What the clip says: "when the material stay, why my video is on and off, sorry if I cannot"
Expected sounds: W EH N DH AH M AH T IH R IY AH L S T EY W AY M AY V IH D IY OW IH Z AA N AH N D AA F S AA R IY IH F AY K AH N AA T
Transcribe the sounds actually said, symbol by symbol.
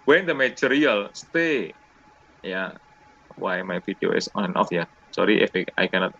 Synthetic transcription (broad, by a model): W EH N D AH M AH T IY R IY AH L S T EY W AY M AY F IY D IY OW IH S AA N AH N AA F S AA R IY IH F AY K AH N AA T